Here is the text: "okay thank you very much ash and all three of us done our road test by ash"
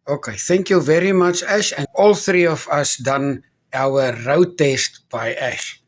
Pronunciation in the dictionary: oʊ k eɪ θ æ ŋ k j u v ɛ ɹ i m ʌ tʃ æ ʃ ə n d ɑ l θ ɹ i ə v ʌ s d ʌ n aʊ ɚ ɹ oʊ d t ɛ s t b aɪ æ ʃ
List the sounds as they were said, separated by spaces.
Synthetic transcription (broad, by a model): oʊ k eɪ θ æ ŋ k j u v ɛ ɹ i m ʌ tʃ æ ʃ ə n ɑ l θ ɹ i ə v ʌ s d ʌ n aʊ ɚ ɹ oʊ t ɛ s t b aɪ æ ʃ